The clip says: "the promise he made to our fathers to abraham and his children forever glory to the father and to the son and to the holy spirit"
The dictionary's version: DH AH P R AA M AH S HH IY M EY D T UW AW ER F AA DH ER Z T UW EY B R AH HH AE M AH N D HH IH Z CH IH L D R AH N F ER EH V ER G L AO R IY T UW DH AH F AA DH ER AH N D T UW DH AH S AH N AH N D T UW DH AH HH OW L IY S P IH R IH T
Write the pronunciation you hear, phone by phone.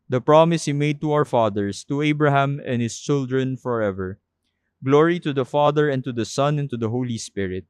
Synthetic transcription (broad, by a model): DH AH P R AA M AH S HH IY M EY D T UW AW ER F AA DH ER S T UW EY B R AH HH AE M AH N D HH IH S CH IH L D R AH N F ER EH V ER G L AO R IY T UW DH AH F AA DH ER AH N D T UW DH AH S AH N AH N T UW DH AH HH OW L IY S P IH R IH T